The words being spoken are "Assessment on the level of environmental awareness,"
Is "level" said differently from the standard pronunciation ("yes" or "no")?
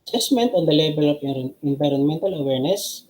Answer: yes